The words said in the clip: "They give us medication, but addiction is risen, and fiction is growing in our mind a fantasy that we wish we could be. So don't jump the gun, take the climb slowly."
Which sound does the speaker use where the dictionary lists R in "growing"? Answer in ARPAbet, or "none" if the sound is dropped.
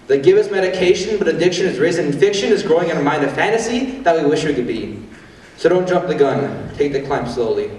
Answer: R